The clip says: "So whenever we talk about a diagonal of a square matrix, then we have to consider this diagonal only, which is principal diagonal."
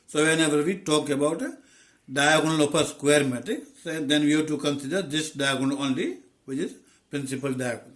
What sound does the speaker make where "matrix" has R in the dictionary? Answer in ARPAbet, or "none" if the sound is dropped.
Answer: none